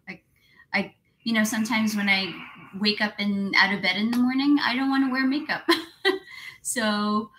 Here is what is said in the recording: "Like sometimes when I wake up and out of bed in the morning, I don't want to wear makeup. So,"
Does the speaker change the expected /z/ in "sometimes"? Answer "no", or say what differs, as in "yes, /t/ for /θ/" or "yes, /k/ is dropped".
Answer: no